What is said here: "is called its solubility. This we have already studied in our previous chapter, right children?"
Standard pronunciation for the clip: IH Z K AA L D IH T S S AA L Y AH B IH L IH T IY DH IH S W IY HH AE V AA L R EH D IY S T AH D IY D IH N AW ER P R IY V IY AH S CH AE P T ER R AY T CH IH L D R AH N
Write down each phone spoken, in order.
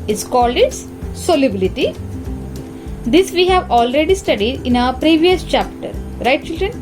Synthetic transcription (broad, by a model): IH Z K AA L D IH T S S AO L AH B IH L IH T IY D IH S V IY HH AE V AA L R EH D IY S T AH D IY D IH N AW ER P R IY V IY AH S CH AE P T ER R AY T CH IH L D R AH N